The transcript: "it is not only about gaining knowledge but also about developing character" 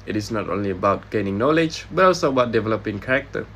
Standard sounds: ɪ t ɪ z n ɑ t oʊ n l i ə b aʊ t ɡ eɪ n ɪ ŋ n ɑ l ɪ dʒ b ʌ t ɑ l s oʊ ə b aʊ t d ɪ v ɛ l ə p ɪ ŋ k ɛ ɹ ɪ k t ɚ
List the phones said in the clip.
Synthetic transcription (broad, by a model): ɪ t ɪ s n ɑ t oʊ n l i ə b aʊ t ɡ eɪ n ɪ ŋ n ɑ l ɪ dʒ b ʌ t ɑ l s oʊ ə b aʊ t d ɪ v ɛ l ə p ɪ ŋ k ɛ ɹ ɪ k t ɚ